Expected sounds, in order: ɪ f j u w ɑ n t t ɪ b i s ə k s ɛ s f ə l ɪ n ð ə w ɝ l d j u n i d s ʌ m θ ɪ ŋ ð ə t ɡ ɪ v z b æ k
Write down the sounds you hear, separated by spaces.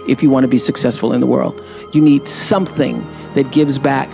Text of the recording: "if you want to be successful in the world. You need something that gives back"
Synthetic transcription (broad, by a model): ɪ f j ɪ w ɑ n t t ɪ b i s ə k s ɛ s f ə l ɪ n ð ə w ɝ l d j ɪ n i d s ʌ m θ ɪ ŋ ð ə t ɡ ɪ v z b æ k